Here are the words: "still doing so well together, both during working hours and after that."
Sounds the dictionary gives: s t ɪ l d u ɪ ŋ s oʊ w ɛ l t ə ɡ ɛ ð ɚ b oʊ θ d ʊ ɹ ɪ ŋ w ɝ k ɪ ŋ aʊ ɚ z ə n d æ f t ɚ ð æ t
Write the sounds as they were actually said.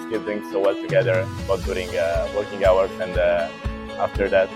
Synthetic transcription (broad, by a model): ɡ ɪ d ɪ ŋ s oʊ w ɛ l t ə ɡ ɛ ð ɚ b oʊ t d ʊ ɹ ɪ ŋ w ɝ k ɪ ŋ aʊ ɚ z ə n d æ f t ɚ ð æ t